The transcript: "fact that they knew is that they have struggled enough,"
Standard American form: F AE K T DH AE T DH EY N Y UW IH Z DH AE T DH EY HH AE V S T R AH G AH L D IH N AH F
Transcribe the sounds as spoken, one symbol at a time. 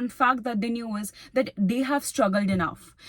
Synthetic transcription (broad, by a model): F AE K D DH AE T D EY N Y UW IH Z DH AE T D EY HH AE V S T R AH G AH L D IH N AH F